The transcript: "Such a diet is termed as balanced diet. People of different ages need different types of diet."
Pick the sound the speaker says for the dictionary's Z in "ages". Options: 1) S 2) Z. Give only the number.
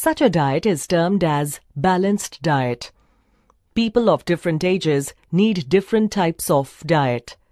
2